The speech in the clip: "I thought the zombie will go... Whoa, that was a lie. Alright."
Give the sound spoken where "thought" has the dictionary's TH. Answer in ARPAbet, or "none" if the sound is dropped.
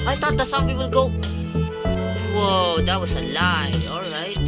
T